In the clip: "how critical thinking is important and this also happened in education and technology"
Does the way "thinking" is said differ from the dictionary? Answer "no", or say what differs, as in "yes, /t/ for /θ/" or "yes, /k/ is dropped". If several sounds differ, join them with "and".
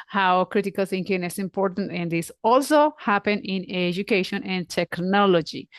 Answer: yes, /s/ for /θ/